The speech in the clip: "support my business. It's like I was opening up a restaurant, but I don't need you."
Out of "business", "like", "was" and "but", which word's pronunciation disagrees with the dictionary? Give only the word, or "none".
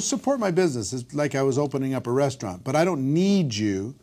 none